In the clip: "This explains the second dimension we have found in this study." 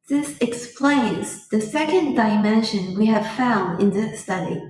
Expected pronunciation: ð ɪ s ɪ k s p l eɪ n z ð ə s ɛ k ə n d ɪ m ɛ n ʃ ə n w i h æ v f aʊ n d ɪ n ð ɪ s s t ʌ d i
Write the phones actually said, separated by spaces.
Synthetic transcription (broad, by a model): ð ɪ s ɪ k s p l eɪ n z ð ə s ɛ k ə n d ɪ m ɛ n ʃ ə n w i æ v f aʊ n d ɪ n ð ɪ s s t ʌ d i